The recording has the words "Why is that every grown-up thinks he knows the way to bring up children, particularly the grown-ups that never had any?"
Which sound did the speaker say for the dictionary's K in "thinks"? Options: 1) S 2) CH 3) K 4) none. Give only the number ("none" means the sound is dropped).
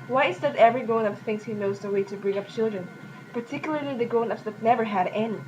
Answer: 4